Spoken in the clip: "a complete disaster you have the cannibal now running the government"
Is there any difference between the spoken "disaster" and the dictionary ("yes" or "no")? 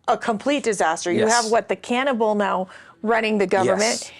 no